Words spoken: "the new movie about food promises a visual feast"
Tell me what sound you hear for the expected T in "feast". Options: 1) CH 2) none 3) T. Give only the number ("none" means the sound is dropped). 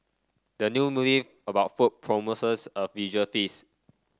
2